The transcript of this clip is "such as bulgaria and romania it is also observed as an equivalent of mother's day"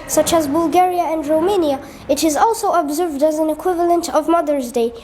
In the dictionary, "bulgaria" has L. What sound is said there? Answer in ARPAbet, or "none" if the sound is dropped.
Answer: L